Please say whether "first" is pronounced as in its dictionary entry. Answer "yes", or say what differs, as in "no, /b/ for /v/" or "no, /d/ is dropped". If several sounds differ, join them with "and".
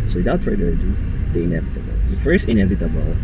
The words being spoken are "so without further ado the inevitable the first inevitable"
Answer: no, /t/ is dropped